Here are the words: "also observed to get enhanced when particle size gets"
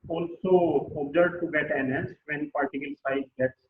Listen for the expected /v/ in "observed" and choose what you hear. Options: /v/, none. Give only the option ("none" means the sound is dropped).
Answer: none